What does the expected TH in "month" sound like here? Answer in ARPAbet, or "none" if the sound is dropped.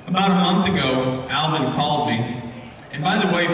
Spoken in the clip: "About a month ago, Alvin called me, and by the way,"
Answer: TH